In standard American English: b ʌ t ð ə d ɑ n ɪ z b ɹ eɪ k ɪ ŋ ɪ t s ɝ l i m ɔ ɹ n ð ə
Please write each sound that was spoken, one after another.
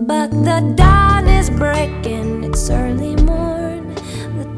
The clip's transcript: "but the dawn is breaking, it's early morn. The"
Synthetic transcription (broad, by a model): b ʌ t ð ə d ɑ n ɪ z b ɹ eɪ k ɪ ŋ ɪ t s ɝ l i m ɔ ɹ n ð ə